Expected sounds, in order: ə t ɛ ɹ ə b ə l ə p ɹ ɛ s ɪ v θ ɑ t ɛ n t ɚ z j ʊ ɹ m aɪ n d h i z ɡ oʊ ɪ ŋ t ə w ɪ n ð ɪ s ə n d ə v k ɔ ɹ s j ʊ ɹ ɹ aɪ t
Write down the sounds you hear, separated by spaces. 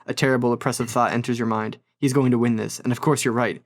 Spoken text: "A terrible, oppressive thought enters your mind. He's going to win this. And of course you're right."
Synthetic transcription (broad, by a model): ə t ɛ ɹ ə b l ə p ɹ ɛ s ɪ v θ ɑ t ɛ n t ɚ z j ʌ ɹ m aɪ n d h i z ɡ oʊ ɪ ŋ t ə w ɪ n ð ɪ s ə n ə v k ɔ ɹ s j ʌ ɹ ɹ aɪ t